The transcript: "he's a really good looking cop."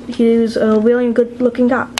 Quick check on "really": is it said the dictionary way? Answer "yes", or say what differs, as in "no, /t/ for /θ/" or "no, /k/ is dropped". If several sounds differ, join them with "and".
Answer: no, /w/ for /ɹ/